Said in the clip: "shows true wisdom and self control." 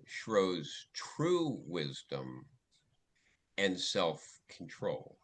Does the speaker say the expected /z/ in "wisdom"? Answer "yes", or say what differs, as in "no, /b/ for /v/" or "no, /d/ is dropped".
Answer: yes